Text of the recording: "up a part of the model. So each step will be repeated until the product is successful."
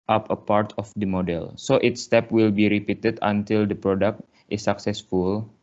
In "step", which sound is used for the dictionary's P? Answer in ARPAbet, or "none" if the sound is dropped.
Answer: P